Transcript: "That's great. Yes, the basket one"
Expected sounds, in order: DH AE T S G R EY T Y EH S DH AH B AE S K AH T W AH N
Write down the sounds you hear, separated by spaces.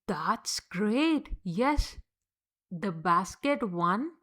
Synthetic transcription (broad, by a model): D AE T S G R EY T Y EH S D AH B AE S K AH T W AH N